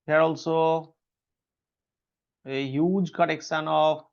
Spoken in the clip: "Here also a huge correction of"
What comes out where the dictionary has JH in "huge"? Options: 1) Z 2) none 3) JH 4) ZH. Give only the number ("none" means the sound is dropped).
3